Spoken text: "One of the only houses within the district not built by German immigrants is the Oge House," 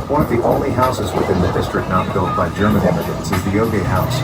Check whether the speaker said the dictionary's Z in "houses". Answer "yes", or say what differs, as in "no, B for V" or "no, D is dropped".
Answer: yes